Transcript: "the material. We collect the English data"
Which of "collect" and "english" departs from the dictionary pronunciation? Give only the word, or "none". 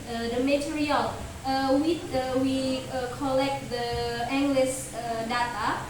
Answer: english